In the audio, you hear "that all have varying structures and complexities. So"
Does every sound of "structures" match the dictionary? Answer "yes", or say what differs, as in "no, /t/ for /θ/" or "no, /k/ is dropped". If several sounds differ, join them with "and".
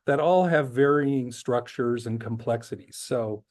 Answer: yes